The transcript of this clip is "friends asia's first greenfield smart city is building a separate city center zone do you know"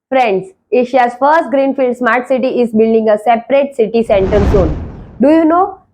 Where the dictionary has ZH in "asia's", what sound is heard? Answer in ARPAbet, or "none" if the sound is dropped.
SH